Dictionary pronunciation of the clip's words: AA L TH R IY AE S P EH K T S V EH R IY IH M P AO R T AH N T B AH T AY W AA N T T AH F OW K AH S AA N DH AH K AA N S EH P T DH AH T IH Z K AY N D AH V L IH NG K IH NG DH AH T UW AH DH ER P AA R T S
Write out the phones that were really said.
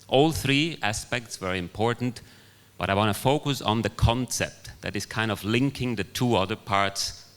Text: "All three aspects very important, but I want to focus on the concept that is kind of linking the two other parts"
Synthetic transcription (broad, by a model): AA L TH R IY AE S P EH K T S V EH R IY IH M P AO R T N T B AH T AY W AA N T T AH F OW K AH S N DH AH K AA N S EH P T DH AH T IH Z K AY N D AH V L IH NG K IH NG DH AH T UW AH DH ER P AA R T S